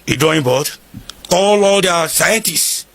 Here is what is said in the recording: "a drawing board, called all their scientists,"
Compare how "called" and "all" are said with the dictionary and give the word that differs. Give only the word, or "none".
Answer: called